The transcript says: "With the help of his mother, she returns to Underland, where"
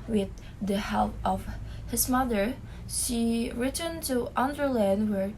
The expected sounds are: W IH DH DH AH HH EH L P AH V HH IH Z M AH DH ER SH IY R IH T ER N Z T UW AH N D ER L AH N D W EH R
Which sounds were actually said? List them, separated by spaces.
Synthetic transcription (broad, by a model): W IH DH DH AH HH EH L P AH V HH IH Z M AH DH ER SH IY R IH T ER N T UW AH N D ER L AH N D W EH R